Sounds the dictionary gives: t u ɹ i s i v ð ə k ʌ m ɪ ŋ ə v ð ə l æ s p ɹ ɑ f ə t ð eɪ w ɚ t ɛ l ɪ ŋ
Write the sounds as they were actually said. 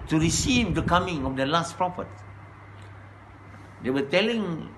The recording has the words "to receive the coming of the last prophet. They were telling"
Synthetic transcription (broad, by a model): t u ɹ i s i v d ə k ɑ m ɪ ŋ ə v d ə l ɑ s p ɹ ɑ f ə t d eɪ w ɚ t ɛ l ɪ ŋ